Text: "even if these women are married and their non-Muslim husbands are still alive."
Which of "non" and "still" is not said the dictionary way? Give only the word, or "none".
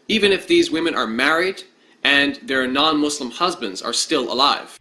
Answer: none